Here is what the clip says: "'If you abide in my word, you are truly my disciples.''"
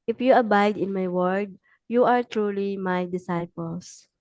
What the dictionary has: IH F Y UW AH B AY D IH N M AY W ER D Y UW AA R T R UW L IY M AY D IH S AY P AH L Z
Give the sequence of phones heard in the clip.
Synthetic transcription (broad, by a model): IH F Y UW AH B AY D IH N M AY W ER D Y UW AA R T R UW L IY M AY D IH S AY P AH L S